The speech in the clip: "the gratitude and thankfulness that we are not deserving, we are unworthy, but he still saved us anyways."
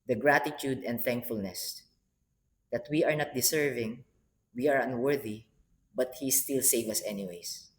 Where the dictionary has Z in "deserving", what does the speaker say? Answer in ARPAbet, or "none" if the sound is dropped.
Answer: S